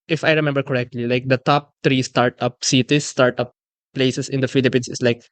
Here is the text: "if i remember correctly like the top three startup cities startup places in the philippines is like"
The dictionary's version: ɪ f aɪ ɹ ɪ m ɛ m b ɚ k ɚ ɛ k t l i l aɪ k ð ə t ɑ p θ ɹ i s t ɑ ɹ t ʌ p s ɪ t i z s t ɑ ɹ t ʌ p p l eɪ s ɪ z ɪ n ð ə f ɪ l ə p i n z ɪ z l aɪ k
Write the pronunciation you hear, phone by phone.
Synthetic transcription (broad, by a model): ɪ f aɪ ɹ ɪ m ɛ m b ɚ k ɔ ɛ k t l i l aɪ k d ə t ɑ p t ɹ i s t ɑ ɹ t ʌ p s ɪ t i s t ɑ ɹ t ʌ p p l eɪ s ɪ s ɪ n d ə f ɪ l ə p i n s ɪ s l aɪ k